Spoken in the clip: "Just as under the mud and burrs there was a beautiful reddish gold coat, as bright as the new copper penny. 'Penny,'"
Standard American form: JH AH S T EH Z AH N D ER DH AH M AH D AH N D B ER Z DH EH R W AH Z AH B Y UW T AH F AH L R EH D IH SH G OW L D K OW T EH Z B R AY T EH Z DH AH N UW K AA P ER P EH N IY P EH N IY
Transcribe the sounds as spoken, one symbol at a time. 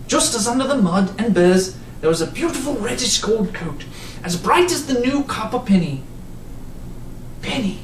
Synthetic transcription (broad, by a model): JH AH S T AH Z AH N D ER DH AH M AH D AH N B ER Z DH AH R W AH Z AH B Y UW T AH F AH L R EH D IH SH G OW L D K OW T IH Z B R AY T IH Z DH AH N UW K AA P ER P EH N IY P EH N IY